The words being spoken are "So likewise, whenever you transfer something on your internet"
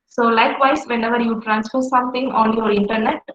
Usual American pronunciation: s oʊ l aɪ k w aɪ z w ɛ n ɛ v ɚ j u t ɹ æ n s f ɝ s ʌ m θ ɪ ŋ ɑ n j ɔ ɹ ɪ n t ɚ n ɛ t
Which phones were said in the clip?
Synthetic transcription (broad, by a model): s oʊ l aɪ k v aɪ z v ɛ n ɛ v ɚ j u t ɹ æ n s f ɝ s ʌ m t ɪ ŋ ɑ n j ɔ ɹ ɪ n t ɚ n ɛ t